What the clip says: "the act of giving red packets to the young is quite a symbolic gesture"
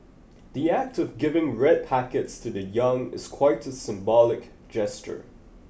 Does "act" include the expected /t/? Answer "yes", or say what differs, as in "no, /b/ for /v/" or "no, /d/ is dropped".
yes